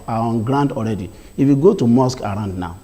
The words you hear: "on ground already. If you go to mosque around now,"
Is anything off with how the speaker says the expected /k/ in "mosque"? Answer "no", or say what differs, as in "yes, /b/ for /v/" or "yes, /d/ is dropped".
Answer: no